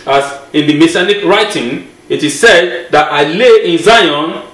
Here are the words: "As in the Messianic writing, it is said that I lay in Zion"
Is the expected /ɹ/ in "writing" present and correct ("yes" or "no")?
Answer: yes